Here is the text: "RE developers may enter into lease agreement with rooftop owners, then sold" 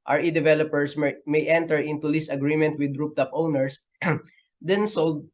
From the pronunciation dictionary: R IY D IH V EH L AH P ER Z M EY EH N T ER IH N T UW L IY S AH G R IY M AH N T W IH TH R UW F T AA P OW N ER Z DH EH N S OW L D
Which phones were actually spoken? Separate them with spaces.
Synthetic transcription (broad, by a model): R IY D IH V EH L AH P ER S M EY EH N T ER IH N T UW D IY S AH G R IY M AH N T W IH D R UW P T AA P OW N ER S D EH N S OW L D